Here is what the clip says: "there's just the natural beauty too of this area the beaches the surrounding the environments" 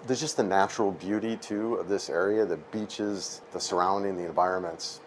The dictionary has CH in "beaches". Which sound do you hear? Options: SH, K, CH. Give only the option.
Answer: CH